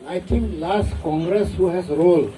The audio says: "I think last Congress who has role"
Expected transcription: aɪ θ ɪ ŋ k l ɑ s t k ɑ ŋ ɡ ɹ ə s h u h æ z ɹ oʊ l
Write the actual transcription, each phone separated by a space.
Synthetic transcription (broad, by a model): aɪ t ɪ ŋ k l ɑ s t k ɑ ŋ ɡ ɹ ə s h u h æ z ɹ oʊ l